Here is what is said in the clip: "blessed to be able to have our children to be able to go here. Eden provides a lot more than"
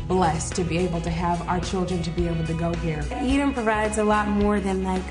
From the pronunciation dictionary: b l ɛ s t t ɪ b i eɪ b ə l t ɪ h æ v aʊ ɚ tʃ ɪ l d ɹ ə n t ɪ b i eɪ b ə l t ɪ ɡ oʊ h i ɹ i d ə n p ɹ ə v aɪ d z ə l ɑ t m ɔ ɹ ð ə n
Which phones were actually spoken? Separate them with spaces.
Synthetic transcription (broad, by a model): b l ɛ s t t ɪ b i eɪ b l t ɪ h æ v aʊ ɚ tʃ ɪ l d ɹ ə n t ɪ b i eɪ b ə l t ɪ ɡ oʊ h i ɹ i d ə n p ɹ ə v aɪ d z ə l ɑ t m ɔ ɹ ð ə n